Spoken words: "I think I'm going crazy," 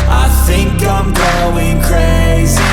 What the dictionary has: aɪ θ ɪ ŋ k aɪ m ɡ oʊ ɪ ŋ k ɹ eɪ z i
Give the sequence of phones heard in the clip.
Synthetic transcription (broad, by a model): aɪ θ ɪ ŋ k aɪ m ɡ oʊ ɪ ŋ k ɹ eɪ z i